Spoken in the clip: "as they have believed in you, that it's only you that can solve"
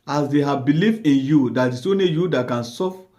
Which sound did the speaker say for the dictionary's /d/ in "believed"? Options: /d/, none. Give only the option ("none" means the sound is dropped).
none